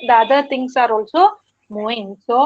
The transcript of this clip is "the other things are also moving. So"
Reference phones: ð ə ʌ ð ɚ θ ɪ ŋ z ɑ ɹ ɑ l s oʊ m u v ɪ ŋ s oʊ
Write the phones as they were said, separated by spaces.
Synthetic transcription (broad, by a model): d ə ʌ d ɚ t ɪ ŋ s ɑ ɹ ɑ l s oʊ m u ɪ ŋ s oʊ